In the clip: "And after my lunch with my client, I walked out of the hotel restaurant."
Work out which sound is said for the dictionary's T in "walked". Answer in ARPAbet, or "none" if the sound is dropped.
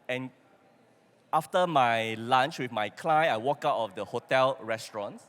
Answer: none